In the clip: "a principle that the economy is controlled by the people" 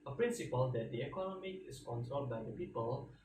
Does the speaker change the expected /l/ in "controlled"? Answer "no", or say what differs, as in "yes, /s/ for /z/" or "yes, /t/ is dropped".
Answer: yes, /l/ is dropped